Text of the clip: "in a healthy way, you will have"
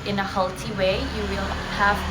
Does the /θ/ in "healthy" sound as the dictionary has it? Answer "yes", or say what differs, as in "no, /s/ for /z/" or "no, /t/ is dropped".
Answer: no, /t/ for /θ/